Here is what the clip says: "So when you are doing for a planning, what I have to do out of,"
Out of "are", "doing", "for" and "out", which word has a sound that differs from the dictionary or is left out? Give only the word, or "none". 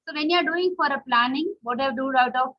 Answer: none